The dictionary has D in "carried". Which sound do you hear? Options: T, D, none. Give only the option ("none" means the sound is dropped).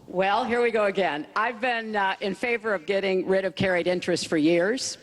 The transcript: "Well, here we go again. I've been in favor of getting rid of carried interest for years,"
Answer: D